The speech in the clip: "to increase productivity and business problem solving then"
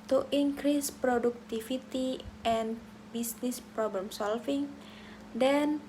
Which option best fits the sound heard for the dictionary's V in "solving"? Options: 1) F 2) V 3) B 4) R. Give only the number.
1